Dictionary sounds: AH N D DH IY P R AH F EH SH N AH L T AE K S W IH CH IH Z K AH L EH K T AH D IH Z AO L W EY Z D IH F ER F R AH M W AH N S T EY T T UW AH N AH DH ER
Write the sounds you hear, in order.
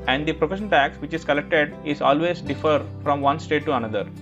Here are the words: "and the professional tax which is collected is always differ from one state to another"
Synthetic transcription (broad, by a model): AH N D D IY P R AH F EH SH AH N T AE K S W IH CH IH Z K AH L EH K T AH D IH Z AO L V EY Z D IH F ER F R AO M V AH N S T EY T T UW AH N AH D ER